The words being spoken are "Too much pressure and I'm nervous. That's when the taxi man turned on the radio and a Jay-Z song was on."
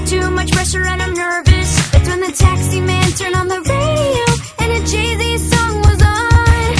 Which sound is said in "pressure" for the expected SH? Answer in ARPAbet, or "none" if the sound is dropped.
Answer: S